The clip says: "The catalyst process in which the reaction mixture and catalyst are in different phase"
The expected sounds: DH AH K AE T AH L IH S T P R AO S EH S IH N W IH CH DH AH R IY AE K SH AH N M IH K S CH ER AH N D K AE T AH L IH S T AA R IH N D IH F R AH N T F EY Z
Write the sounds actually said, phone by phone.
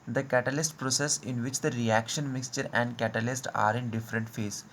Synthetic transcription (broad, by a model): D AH K AE T AH L IH S T P R AO S EH S IH N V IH CH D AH R IY AE K SH AH N M IH K S CH ER AH N D K AE T AH L IH S T AA R IH N D IH F R AH N T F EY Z